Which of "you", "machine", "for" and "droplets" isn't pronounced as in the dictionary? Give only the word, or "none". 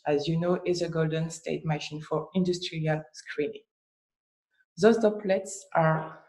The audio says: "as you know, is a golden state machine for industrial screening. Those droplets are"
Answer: droplets